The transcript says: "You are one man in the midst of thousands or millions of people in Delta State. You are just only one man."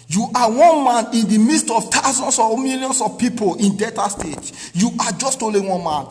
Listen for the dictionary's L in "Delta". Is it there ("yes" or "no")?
no